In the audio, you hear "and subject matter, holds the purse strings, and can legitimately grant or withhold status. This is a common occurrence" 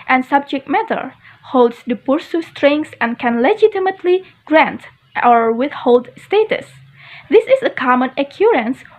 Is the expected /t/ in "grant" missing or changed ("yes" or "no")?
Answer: no